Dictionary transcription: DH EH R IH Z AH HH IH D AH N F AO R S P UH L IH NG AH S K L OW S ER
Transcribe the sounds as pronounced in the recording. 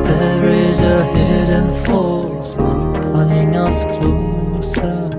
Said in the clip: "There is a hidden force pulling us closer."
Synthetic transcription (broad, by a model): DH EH R IH Z AH HH IH D AH N F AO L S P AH N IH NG AH S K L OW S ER